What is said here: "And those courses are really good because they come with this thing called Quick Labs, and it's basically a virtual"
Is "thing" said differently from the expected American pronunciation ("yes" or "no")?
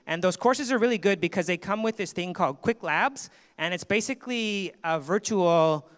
no